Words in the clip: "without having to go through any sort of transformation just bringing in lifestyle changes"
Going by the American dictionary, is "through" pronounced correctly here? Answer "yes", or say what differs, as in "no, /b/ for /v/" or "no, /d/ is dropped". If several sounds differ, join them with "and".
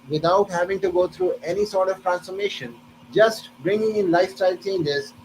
no, /t/ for /θ/